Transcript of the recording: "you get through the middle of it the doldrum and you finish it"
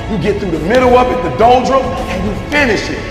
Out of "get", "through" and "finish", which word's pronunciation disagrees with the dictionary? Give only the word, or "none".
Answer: none